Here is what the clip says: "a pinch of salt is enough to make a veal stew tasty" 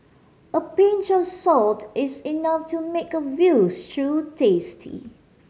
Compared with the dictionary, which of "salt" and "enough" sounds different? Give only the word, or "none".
none